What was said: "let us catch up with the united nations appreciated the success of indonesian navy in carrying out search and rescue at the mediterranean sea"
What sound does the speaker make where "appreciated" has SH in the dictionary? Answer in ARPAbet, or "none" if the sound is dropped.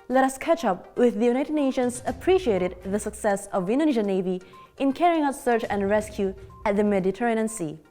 SH